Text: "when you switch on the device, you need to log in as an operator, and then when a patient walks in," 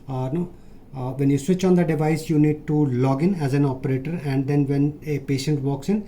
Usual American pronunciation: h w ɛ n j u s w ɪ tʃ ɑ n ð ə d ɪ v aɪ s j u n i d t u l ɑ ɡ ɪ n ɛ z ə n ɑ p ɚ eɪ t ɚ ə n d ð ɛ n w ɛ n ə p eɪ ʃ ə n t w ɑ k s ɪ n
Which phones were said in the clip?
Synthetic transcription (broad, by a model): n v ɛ n j u s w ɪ tʃ ɑ n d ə d ɪ v aɪ s j u n i d t u l ɑ ɡ ɪ n ɛ z ə n ɑ p ɚ eɪ t ɚ ə n d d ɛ n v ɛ n ə p eɪ ʃ ə n t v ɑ k s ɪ n